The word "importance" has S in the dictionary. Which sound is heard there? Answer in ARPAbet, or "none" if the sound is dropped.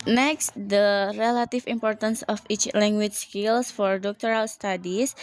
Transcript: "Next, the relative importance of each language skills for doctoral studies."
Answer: S